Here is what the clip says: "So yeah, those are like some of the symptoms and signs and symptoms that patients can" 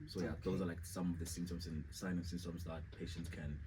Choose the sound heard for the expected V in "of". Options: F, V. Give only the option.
V